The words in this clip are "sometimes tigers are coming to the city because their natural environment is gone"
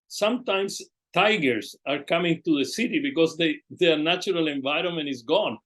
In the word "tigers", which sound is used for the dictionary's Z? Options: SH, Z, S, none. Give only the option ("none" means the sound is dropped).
S